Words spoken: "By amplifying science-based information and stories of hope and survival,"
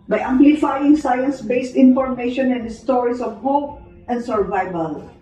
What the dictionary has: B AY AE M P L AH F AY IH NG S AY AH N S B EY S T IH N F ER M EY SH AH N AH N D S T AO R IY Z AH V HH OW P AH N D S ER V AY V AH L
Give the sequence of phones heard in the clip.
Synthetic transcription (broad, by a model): B AY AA M P L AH F AY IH NG S AY AH N S B EY S T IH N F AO M EY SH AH N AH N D S T AO R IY S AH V HH OW P AH N D S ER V AY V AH L